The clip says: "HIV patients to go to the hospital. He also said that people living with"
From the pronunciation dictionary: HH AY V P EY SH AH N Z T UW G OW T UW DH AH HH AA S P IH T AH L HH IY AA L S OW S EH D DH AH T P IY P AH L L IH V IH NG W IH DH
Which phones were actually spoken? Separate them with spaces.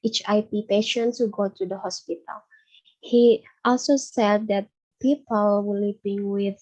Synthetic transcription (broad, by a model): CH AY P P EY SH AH N T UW G OW T UW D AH HH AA S P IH T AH L HH IY AA L S OW S EH D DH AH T P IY P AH L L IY P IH NG W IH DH